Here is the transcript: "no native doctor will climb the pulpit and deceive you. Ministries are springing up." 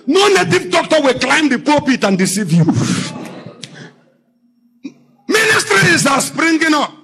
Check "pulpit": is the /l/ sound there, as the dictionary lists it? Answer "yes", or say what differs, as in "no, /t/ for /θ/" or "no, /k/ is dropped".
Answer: no, /l/ is dropped